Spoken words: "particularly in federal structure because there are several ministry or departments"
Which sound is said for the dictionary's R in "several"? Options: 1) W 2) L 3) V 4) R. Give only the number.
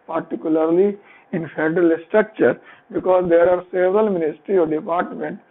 4